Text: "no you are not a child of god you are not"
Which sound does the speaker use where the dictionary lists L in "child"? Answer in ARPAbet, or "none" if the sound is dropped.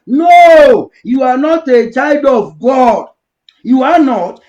L